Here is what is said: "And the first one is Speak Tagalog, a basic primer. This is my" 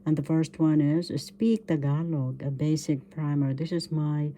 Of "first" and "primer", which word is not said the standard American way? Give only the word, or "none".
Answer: none